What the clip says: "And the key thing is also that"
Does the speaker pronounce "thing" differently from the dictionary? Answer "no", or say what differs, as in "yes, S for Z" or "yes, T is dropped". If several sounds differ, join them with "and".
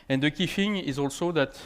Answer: yes, F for TH